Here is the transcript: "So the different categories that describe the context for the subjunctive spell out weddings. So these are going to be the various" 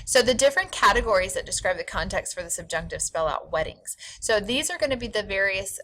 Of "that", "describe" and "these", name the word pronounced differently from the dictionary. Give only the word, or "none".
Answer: none